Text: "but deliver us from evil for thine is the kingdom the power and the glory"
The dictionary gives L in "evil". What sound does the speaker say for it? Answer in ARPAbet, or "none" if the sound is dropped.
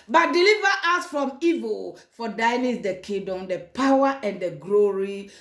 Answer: L